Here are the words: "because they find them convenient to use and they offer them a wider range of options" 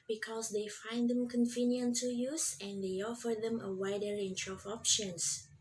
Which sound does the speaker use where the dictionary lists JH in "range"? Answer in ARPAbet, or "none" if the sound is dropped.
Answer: CH